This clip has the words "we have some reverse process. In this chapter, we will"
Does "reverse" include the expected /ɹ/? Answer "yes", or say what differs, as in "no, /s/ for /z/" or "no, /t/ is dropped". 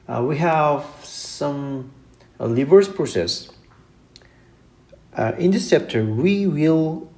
no, /l/ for /ɹ/